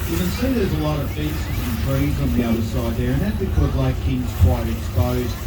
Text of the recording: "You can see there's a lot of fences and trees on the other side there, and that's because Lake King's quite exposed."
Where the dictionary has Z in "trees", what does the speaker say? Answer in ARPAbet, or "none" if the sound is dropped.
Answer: Z